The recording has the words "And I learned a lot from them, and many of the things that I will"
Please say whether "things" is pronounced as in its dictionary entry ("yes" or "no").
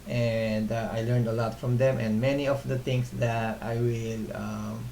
no